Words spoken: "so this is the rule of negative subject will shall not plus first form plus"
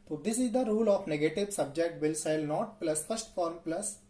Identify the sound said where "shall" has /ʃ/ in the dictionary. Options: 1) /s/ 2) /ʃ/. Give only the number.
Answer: 1